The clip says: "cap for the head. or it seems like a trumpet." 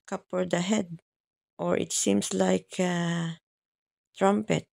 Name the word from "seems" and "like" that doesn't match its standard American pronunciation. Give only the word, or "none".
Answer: seems